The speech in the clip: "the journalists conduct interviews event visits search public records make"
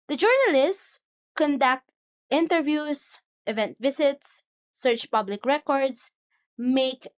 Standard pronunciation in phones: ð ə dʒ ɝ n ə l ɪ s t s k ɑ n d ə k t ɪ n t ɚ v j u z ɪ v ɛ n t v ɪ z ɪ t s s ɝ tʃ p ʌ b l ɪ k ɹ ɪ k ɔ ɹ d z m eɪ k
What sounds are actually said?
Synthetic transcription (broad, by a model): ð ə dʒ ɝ n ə l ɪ s t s k ɑ n d ə k t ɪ n t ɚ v j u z ɪ v ɛ n t v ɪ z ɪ t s s ɝ tʃ p ʌ b l ɪ k ɹ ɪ k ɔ ɹ d s m eɪ k